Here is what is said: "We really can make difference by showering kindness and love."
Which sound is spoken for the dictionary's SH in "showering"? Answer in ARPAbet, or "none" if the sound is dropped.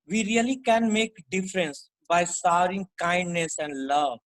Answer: S